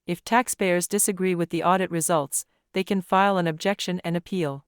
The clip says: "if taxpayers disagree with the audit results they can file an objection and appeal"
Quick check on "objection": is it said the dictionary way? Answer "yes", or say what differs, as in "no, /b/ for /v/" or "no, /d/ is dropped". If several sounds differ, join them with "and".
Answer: yes